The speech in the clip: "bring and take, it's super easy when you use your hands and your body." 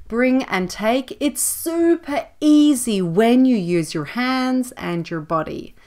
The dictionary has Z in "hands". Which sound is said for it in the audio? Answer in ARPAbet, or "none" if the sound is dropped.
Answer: Z